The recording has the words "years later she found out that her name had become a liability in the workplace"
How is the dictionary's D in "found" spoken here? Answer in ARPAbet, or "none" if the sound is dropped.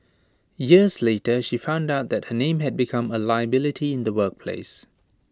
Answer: D